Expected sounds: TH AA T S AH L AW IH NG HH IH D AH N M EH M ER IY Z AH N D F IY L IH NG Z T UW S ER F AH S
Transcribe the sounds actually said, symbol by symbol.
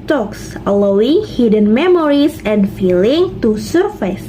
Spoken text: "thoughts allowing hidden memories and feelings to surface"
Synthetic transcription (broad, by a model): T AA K S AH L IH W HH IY D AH N M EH M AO IY S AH N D F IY L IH NG T UW S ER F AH S